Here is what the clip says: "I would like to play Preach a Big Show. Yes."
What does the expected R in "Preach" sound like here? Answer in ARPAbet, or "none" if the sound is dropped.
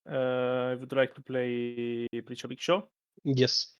L